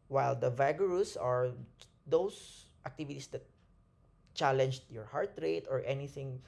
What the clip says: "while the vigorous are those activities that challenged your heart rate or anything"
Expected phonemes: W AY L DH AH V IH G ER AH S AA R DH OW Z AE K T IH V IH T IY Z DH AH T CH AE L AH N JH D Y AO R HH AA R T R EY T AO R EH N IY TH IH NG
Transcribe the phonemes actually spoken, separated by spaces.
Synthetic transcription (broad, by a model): W AY L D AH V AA G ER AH S AA R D OW S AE K T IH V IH T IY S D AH T CH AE L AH N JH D Y AO R HH AA R T R EY T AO R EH N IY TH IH NG